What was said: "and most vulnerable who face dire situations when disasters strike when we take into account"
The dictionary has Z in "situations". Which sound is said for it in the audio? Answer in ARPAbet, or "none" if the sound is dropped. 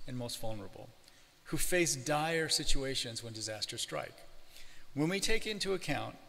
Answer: Z